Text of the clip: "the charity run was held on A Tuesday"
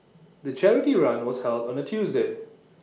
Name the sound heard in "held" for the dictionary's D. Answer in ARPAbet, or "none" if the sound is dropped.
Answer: D